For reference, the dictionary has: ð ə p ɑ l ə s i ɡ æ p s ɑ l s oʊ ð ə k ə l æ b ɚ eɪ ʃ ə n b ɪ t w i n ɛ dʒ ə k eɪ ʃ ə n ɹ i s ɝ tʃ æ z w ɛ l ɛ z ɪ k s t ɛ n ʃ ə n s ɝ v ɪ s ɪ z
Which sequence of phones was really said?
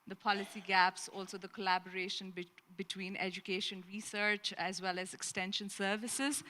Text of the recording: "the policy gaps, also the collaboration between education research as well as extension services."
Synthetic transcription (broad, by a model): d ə p ɑ l ə s i ɡ æ p s ɑ l s oʊ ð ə k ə l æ b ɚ eɪ ʃ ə n b ɪ t w i n ɛ dʒ ə k eɪ ʃ ə n ɹ i s ɝ tʃ æ z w ɛ l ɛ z ɪ k s t ɛ n ʃ ə n s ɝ v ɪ s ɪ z